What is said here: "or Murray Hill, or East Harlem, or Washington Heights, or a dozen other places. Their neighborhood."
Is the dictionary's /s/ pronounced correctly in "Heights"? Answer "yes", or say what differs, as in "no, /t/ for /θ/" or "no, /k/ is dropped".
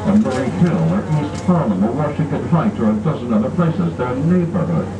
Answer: no, /s/ is dropped